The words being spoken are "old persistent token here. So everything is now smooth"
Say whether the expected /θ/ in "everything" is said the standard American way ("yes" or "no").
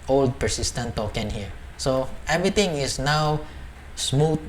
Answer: no